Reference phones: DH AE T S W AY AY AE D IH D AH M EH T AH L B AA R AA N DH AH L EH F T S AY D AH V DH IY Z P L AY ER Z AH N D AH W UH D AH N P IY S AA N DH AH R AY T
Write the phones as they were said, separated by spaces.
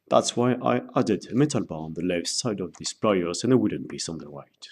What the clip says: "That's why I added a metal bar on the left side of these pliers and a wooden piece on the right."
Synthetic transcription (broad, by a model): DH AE T S W AY AY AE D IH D AH M EH T AH L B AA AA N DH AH L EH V S AY D AH V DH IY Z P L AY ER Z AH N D AH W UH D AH N B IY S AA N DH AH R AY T